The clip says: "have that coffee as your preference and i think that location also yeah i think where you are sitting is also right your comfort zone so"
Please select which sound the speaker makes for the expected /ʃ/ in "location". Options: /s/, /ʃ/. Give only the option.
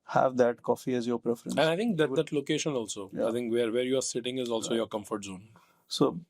/ʃ/